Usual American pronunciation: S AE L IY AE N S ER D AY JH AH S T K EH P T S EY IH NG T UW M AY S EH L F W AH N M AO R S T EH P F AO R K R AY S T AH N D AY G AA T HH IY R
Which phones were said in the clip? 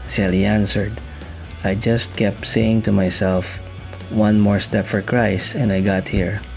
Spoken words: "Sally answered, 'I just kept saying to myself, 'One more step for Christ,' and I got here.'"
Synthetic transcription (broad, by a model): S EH L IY AE N S ER D AY JH AH S T K EH P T S EY IH NG T UW M AY S EH L F W AH N M AO R S T EH P F AO R K R AY S AH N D AY G AA T HH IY R